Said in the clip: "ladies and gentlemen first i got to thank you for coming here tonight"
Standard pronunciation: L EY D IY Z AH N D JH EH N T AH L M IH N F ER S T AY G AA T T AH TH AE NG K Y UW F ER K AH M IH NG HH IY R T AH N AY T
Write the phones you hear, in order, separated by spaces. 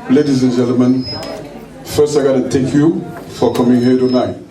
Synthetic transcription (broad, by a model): L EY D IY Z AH N JH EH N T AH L M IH N F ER S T AY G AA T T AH T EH K Y UW F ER K AH M IH NG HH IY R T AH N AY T